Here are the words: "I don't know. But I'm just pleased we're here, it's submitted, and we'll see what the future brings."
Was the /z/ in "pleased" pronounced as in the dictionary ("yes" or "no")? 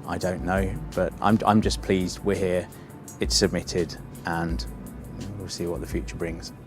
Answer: yes